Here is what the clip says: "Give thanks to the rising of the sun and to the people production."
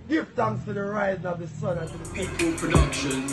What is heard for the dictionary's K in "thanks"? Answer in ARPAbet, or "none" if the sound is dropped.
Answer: none